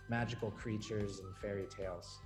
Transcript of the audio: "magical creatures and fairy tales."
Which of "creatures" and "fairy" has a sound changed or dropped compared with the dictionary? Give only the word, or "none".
none